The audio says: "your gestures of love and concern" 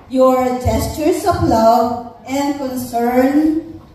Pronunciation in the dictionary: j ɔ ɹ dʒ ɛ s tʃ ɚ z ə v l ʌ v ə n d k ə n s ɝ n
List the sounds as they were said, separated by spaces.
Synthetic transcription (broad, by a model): j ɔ ɹ dʒ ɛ s tʃ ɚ s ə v l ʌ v ə n d k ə n s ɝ n